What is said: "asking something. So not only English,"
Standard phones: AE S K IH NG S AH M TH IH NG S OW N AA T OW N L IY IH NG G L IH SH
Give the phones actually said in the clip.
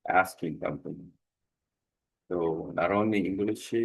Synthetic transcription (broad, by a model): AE S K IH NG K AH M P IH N S OW N AA T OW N IY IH NG G L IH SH